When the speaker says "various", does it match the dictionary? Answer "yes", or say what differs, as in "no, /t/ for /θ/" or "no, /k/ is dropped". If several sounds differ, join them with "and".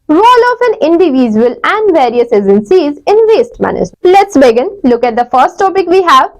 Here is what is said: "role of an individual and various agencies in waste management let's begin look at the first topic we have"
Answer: yes